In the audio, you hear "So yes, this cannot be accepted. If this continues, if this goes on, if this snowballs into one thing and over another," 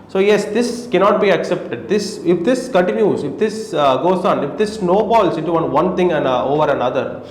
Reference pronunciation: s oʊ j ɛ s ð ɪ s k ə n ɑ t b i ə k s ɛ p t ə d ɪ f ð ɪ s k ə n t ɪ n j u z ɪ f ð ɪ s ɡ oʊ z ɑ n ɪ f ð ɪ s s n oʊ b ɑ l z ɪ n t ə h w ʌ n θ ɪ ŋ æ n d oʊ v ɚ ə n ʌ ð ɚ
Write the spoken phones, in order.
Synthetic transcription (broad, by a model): s oʊ j ɛ s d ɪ s k ə n ɑ t b i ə k s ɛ p t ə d ɪ f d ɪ s k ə n t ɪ n j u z ɪ f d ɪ s ɡ oʊ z ɑ n ɪ f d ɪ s s n oʊ b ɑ l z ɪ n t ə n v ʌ n t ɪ ŋ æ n d oʊ v ɚ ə n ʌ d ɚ